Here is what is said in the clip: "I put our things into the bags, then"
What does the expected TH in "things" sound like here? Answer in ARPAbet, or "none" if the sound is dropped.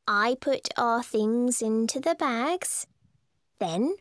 TH